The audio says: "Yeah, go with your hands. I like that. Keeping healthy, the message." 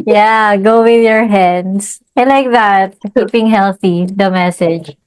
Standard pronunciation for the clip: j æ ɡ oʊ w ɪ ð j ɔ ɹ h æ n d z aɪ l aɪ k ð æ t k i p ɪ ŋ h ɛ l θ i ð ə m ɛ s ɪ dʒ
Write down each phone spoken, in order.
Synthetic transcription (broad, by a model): j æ ɡ oʊ w ɪ ð j ɔ ɹ h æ n d s aɪ l aɪ k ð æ t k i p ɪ ŋ h ɛ l θ i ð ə m ɛ s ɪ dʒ